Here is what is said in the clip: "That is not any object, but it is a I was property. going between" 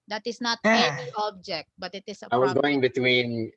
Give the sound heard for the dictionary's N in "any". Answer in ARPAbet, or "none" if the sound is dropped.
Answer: none